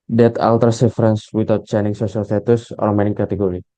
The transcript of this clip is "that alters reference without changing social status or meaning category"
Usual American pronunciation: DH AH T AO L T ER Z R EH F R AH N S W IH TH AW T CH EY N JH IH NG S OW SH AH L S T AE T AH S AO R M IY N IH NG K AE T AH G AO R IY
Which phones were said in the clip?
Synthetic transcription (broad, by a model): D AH T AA L T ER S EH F R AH N S W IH T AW T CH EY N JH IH NG S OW S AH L S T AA T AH S AO R M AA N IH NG K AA T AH G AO R IY